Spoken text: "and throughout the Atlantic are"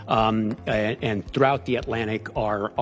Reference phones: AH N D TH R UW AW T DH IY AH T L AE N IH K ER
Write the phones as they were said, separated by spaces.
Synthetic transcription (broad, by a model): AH N TH R UW AW T DH IY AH T L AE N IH K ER